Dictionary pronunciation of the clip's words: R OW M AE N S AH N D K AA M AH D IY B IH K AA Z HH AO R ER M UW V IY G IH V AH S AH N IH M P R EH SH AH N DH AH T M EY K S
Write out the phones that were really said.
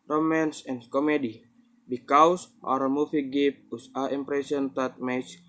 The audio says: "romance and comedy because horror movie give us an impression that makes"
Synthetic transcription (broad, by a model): R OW M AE N S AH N K AA M AH D IY B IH K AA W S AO R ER M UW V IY G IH P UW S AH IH M P R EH S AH N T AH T M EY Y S